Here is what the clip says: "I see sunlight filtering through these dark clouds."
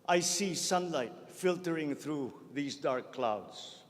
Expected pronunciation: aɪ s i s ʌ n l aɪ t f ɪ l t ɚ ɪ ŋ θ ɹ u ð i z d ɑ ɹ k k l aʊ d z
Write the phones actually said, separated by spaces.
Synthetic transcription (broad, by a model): aɪ s i s ʌ n l aɪ t f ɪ l t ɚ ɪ ŋ t ɹ u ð i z d ɑ ɹ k k l aʊ d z